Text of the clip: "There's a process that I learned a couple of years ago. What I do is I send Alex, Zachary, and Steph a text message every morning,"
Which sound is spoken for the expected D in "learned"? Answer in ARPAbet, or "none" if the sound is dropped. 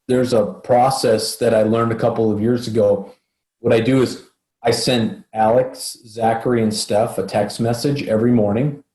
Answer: D